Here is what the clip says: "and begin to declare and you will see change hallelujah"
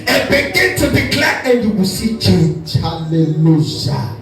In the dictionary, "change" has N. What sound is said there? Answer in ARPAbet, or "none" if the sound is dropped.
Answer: none